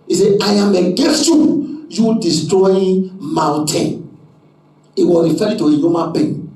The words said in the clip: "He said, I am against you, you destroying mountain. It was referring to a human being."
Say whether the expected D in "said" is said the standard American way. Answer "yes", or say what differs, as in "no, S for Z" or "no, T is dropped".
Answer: no, D is dropped